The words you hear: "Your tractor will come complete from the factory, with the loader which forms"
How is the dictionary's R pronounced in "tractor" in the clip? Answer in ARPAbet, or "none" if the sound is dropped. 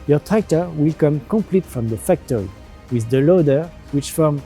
none